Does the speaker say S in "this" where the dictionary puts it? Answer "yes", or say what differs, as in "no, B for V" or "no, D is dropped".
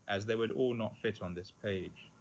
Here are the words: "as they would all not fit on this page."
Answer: yes